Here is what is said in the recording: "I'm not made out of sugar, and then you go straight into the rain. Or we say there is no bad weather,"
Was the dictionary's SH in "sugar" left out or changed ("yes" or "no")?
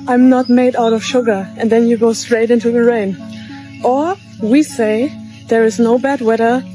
no